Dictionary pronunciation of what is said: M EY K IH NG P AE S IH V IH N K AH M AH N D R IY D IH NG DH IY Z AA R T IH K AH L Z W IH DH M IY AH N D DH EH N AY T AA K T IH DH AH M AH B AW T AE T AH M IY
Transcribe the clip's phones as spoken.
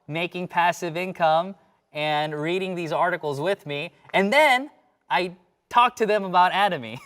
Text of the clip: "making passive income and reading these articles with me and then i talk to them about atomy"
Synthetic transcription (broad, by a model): M EY K IH NG P AE S IH V IH N K AH M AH N R IY D IH NG DH IY Z AA R T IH K L Z W IH DH M IY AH N DH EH N AY T AA K T IH DH AH M AH B AW T AE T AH M IY